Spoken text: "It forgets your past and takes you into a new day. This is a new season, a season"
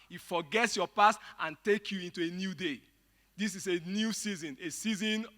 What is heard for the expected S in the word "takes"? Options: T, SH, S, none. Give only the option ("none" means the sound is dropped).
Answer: none